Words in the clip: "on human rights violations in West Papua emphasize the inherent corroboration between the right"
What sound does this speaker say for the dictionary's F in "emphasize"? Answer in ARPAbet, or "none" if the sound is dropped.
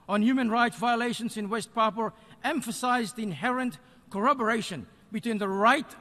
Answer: F